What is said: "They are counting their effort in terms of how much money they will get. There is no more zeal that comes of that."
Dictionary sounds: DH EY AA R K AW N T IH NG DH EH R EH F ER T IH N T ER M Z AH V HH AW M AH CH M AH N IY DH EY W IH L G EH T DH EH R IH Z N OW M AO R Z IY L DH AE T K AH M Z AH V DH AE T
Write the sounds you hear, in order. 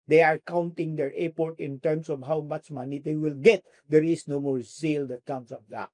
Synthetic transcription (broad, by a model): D EY AA R K AW N T IH NG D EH R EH P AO T IH N T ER M S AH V HH AW M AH CH M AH N IY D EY W IH L G EH T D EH R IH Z N OW M AO R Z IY L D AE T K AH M S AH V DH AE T